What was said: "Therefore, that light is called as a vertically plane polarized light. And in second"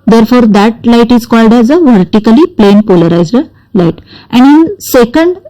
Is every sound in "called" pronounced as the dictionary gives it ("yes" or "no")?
yes